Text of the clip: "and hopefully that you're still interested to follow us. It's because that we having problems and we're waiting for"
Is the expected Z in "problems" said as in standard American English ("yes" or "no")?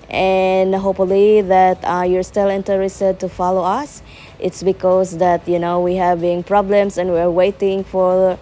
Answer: no